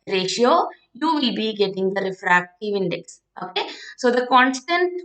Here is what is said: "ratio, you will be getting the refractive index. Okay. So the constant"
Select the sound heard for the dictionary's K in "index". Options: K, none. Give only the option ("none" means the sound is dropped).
K